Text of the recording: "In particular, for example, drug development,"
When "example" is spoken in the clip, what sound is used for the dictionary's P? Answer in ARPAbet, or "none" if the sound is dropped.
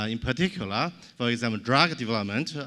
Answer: none